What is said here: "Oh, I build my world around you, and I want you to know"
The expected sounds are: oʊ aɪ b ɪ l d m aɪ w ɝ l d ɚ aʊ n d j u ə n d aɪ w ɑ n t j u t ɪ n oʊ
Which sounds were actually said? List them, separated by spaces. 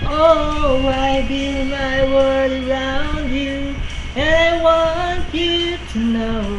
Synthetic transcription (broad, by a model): oʊ aɪ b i m aɪ w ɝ d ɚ aʊ n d j u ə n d aɪ w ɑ n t j u t ɪ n oʊ